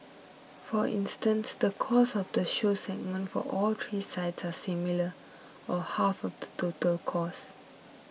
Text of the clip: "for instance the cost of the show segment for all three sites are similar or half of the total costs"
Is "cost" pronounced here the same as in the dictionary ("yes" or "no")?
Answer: no